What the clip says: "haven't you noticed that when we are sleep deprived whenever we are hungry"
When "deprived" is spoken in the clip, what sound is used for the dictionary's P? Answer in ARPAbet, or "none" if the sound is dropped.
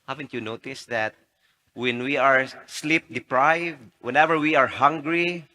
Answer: P